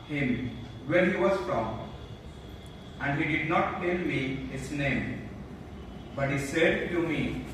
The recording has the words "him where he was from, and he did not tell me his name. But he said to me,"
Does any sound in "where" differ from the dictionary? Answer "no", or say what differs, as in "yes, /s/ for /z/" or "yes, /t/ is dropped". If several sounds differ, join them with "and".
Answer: yes, /l/ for /ɹ/